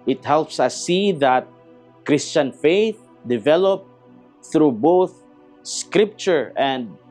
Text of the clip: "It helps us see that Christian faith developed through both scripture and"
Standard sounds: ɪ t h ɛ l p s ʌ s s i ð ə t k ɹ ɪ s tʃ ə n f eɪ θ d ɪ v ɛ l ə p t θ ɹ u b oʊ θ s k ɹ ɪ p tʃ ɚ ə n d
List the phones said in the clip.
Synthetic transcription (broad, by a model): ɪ t h ɛ l p s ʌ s s i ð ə t k ɹ ɪ s tʃ ə n f eɪ θ d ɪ v ɛ l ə p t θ ɹ u b oʊ θ s k ɹ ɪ p tʃ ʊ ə n d